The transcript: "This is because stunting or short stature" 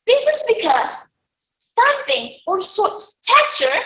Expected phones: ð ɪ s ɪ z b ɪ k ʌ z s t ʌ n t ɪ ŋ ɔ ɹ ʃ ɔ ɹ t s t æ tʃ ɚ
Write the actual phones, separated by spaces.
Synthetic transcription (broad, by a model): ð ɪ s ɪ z b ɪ k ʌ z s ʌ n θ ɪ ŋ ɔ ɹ s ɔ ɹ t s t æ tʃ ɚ